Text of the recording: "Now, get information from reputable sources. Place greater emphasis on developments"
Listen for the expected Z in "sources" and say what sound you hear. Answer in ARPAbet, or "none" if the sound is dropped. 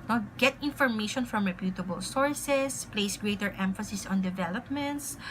S